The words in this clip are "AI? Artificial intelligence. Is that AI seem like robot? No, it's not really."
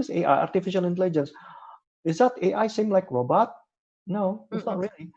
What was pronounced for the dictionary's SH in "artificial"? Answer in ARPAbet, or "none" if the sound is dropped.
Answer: SH